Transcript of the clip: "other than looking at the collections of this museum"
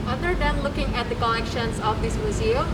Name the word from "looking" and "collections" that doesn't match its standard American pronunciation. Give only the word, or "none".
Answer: collections